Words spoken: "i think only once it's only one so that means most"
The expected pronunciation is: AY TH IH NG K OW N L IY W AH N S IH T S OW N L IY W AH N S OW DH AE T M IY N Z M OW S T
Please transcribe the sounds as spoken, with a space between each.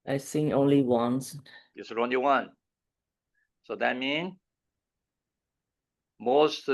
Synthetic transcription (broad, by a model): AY S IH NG OW N L IY W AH N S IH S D OW N L IY W AH N S OW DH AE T M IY N M OW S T